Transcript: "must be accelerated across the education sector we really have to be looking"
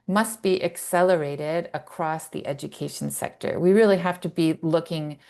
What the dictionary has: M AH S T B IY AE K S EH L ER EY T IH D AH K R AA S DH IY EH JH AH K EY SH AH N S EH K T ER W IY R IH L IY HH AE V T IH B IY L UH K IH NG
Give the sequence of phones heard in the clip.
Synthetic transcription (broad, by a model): M AH S T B IY AE K S EH L ER EY T IH D AH K R AA S DH IY EH JH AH K EY SH N S EH K T ER W IY R IH L IY HH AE F T IH B IY L UH K IH NG